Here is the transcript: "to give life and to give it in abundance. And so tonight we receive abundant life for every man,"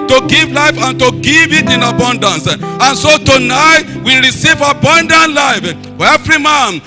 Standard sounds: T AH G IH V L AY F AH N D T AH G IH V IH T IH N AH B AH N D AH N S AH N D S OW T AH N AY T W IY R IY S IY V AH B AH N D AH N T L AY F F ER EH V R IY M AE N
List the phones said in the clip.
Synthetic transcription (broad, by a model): T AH G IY V L AY F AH N T AH G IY V IH T IH N AH B AH N D AH N S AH N S OW T AH N AY T W IY R IY S IY V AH B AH N D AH N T L AY F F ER EH V R IY M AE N